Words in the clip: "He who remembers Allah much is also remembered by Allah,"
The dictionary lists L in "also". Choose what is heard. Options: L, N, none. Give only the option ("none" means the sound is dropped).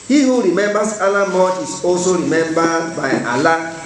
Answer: L